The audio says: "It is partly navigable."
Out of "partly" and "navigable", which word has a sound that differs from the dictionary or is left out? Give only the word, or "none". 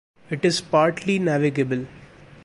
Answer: none